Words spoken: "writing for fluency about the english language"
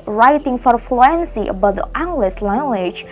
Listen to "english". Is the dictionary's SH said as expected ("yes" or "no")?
no